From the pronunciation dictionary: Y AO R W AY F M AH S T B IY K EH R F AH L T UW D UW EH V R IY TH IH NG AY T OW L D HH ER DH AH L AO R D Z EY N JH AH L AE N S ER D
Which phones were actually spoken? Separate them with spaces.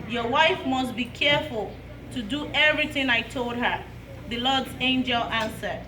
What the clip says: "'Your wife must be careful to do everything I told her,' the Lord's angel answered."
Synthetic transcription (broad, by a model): Y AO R W AY F M AH S T B IY K EH R F AH L T UW D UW EH V R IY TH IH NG AY T OW L D HH ER DH AH L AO D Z EY N JH AH L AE N S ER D